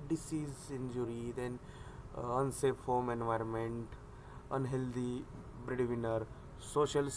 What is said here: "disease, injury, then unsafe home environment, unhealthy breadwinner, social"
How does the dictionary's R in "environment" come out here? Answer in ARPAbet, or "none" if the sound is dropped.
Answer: R